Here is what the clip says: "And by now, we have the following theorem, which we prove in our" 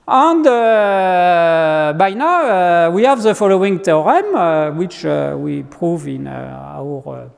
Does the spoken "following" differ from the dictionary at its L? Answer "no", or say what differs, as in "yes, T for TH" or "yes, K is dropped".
no